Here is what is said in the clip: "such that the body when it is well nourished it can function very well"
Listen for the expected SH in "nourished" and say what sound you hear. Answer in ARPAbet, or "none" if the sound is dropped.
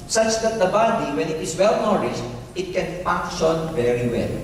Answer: S